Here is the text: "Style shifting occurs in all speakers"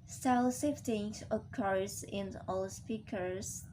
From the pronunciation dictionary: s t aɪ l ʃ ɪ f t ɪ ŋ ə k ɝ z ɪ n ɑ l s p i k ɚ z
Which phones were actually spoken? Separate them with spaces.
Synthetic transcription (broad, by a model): s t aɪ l s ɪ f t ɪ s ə k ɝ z ɪ n ɑ l s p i k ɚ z